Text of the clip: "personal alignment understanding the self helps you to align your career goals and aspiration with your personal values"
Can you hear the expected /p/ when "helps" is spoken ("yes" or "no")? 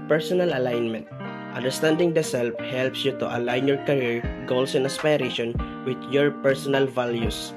yes